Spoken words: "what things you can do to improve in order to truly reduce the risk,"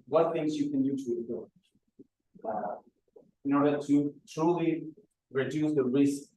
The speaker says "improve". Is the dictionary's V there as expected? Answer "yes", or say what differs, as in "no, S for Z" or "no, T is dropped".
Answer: no, V is dropped